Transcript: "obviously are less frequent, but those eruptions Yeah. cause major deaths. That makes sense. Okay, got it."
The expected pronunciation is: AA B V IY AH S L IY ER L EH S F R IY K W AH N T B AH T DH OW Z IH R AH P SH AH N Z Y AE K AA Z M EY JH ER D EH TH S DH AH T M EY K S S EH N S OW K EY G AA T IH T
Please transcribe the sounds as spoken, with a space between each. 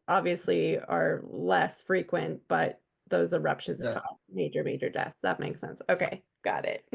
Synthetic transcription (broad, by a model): AA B V IY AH S L IY ER L EH S F R IY K W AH N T B AH T DH OW Z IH R AH P SH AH N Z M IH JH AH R M EY JH ER D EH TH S DH AH T M EY K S S EH N S OW K EY G AA T IH T